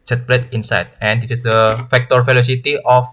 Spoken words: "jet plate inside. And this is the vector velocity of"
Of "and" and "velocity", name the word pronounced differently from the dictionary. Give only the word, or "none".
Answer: velocity